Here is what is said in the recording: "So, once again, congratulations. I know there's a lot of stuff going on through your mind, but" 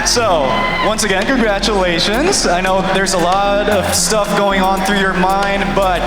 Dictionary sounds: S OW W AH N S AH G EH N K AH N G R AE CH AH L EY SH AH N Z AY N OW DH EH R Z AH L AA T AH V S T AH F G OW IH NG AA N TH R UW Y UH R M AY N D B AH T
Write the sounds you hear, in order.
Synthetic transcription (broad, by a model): S OW W AH N S AH G EH N K AH N G R AE CH AH L EY SH AH N Z AY N OW DH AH R Z AH L AA T AH V S T AH F G OW IH NG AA N TH R UW Y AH R M AY N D B AH T